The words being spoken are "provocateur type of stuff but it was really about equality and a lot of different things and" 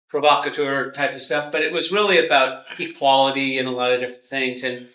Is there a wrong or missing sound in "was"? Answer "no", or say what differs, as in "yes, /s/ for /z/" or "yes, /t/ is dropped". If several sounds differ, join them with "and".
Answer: no